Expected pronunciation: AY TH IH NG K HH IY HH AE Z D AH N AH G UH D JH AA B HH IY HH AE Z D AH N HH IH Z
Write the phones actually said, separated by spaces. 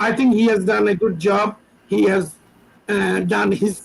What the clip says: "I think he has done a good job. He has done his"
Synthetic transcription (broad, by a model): AY T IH NG K HH IY HH AE Z D AH N AH G UH D JH AA B HH IY HH AE Z D AH N HH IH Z